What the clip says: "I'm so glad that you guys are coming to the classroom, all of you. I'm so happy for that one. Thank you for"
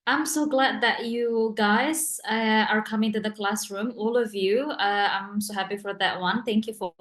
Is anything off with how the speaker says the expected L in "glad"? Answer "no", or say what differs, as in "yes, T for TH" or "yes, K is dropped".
no